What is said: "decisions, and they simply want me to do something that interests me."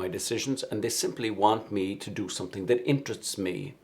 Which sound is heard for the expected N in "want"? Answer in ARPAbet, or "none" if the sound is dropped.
N